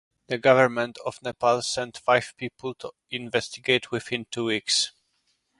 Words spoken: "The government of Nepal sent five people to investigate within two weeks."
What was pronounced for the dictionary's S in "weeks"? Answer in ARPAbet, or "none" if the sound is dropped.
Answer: S